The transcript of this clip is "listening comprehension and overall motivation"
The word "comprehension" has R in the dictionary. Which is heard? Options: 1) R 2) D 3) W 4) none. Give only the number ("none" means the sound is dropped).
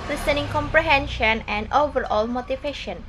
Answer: 1